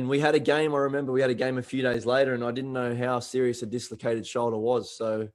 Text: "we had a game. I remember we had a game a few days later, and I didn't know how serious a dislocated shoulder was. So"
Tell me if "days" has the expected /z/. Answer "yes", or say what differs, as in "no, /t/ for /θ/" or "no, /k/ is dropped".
yes